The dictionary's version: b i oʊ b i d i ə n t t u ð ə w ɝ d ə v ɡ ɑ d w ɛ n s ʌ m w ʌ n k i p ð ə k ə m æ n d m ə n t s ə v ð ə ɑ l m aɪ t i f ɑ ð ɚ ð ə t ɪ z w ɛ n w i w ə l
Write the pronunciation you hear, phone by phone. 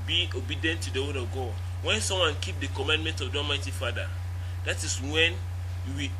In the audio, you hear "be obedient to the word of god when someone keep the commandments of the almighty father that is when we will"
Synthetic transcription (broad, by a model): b i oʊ b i d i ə n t t u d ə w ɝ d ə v ɡ ɑ d w ɛ n s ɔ m w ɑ n k i p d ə k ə m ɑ n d m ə n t ə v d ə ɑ m aɪ t i f ɑ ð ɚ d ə t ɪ s w ɛ n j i w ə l